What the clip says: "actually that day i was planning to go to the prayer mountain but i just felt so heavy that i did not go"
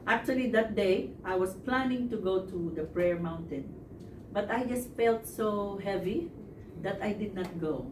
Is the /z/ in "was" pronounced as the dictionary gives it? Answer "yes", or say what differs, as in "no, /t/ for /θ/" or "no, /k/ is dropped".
no, /s/ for /z/